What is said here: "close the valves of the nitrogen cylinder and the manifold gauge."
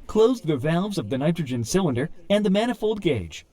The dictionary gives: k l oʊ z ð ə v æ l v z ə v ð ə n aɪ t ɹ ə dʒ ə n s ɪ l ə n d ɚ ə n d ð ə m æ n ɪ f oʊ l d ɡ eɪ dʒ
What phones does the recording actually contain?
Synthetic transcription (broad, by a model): k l oʊ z ð ə v æ l v z ə v ð ə n aɪ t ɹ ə dʒ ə n s ɪ l ə n d ɚ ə n ð ə m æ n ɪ f oʊ l d ɡ eɪ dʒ